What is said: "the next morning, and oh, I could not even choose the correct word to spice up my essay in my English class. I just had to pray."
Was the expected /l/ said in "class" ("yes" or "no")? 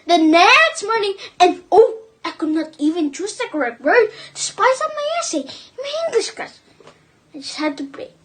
no